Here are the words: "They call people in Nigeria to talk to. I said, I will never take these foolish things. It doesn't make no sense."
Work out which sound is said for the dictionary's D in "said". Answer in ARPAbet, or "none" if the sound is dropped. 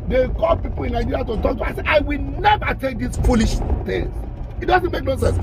none